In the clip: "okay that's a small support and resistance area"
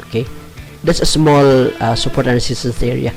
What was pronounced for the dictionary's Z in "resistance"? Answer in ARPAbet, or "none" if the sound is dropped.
S